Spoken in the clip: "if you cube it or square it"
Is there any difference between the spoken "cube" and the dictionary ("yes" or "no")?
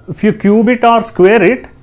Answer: no